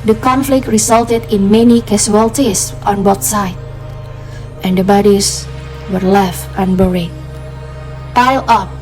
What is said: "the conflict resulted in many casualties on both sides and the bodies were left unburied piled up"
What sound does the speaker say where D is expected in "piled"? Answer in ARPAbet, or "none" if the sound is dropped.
none